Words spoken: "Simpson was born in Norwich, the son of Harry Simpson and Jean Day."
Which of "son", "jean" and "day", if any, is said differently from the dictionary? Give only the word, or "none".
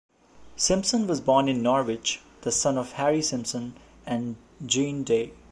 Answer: none